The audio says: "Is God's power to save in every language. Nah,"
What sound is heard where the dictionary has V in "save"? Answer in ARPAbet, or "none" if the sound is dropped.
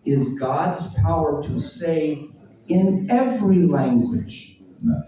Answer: V